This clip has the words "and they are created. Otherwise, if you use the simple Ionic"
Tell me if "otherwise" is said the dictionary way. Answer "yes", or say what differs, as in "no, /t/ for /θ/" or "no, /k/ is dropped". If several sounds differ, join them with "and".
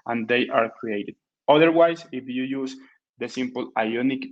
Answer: no, /s/ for /z/